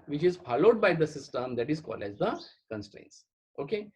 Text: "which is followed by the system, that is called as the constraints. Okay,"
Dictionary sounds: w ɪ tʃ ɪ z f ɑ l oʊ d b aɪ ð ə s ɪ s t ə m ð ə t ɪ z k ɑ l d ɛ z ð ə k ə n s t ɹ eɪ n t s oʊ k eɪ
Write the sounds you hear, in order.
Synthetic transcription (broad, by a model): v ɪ tʃ ɪ z f ɑ l oʊ d b aɪ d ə s ɪ s t ə m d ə t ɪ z k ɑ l ɛ z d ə k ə n s t ɹ eɪ n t s oʊ k eɪ